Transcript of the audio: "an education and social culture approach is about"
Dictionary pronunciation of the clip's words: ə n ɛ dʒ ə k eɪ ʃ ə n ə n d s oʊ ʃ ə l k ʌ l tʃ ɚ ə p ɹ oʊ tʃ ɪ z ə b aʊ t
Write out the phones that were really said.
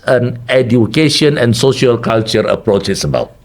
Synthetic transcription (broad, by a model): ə n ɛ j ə k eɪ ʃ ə n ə n s oʊ ʃ ə l k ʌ l tʃ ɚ ə p ɹ oʊ tʃ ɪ s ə b aʊ t